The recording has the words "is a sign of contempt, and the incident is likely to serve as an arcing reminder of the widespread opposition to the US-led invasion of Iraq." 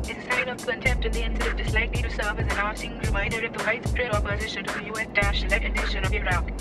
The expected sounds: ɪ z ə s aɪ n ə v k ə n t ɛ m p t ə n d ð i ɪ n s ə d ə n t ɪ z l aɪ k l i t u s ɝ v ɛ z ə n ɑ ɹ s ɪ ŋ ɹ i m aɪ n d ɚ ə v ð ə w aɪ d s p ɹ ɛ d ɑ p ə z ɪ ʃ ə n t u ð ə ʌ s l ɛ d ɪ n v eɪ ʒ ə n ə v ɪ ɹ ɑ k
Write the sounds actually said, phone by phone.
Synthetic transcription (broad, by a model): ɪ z ə s aɪ n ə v k ə n t ɛ m p t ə n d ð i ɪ n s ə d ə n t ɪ s l aɪ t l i t u s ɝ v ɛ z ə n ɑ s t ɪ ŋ ɹ i m aɪ n d ɚ ə v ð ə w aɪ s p ɹ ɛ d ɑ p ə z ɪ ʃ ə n t u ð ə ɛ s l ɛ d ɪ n eɪ ʃ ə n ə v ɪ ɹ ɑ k